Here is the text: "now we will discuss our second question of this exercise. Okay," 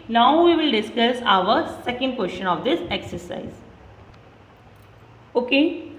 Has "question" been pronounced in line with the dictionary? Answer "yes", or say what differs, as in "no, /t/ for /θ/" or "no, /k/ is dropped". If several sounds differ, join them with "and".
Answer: no, /ʃ/ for /tʃ/